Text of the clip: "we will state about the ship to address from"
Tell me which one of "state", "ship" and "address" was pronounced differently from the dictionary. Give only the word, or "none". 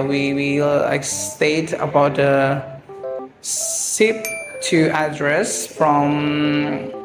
ship